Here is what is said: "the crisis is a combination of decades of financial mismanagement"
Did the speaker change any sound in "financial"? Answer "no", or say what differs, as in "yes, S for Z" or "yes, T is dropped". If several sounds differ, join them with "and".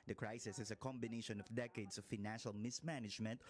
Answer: no